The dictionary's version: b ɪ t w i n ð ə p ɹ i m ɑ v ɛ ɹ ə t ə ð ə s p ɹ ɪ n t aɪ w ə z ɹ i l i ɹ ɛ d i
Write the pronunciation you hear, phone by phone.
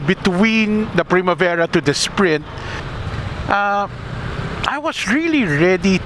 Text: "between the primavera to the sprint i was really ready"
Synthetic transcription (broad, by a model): b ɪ t w i n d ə p ɹ i m ɑ v ɛ ɹ ə t ə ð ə s p ɹ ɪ n t aɪ w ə s ɹ i l i ɹ ɛ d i